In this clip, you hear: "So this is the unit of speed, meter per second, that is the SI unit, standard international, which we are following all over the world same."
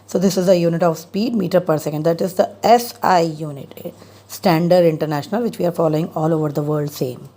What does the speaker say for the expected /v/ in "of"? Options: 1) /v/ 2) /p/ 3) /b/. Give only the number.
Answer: 1